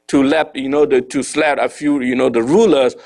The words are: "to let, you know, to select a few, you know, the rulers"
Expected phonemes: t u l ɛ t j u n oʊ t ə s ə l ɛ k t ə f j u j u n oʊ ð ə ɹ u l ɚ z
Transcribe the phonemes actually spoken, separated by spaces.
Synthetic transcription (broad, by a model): t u l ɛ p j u n oʊ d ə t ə l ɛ t ə f j u j u n oʊ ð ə ɹ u l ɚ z